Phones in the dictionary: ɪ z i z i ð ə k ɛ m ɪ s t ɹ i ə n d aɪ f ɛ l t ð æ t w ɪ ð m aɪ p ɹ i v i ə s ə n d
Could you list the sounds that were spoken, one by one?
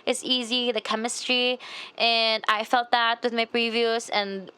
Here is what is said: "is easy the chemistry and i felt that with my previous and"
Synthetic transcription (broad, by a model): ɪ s i z i ð ə k ɛ m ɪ s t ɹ i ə n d aɪ f ɛ l t ð æ t w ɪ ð m aɪ p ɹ i v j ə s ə n